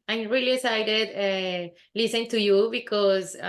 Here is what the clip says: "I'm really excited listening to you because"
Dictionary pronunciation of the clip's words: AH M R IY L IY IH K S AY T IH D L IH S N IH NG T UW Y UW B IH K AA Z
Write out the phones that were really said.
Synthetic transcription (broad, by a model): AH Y R IY L IY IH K S AY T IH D L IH S IH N T UW Y UW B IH K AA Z